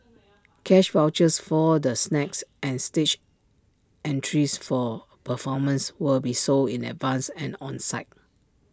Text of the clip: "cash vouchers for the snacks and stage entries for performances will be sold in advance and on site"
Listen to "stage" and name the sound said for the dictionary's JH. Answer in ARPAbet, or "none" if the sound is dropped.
CH